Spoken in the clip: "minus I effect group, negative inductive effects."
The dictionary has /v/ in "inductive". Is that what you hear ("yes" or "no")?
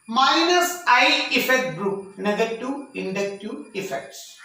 no